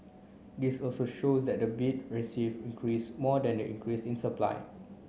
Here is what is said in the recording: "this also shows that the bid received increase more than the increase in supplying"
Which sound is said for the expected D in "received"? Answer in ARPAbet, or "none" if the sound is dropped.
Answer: none